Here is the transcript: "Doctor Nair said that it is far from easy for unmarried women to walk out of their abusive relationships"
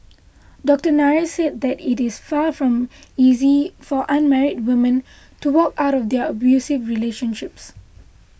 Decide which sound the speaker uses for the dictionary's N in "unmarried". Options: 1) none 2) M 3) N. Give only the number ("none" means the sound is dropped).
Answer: 3